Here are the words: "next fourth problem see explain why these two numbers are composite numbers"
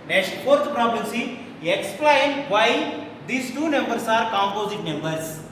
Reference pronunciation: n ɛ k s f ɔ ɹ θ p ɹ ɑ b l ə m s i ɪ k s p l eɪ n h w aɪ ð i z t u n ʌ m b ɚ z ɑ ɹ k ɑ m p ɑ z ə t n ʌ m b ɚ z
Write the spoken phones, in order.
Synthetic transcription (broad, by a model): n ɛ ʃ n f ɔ ɹ t p ɹ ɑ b ə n s i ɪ k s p l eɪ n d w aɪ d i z t u n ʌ m b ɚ s ɑ ɹ k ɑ m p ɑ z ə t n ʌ m b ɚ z